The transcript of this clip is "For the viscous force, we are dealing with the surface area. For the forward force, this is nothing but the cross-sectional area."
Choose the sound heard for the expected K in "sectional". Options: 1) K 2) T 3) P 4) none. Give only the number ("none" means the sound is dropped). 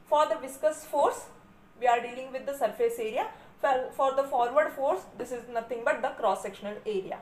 1